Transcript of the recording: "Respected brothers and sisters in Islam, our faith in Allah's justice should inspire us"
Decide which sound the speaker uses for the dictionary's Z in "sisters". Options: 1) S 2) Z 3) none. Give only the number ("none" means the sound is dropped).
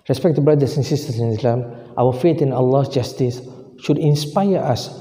1